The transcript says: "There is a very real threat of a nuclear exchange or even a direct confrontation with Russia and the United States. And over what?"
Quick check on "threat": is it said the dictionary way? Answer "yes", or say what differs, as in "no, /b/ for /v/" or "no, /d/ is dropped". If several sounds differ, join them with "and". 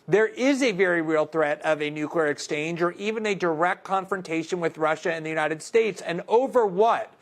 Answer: yes